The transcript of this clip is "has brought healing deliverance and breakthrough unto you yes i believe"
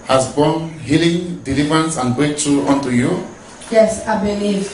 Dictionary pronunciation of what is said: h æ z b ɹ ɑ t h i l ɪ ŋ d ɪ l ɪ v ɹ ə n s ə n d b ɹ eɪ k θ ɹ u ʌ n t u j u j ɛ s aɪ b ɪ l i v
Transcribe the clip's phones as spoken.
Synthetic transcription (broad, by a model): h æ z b ɑ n h i l ɪ ŋ d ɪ l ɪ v ɹ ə n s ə n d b eɪ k t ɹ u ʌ n t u j u j ɛ s aɪ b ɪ l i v